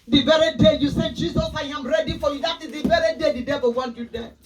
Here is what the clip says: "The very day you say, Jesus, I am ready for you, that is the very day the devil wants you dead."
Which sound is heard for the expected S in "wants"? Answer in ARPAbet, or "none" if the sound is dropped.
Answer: none